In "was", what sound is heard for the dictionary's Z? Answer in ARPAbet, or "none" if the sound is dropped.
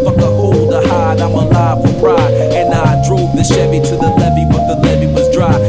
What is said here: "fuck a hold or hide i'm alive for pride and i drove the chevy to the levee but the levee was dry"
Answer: Z